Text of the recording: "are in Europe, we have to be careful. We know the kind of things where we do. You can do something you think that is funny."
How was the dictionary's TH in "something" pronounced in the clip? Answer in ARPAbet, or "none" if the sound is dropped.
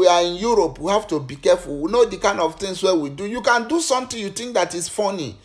T